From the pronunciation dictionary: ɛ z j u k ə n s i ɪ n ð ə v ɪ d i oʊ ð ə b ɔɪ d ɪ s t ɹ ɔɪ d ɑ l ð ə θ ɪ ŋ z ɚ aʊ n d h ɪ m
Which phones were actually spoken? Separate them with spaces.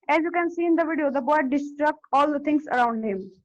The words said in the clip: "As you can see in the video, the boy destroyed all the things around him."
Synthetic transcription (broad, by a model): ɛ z j u k ə n s i ɪ n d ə v ɪ d i oʊ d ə b ɔɪ d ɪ s t ɹ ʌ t ɑ l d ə t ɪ ŋ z ɚ aʊ n d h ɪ m